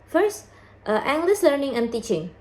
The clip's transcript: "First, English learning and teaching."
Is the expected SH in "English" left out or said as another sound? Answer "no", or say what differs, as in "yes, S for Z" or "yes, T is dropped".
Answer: yes, S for SH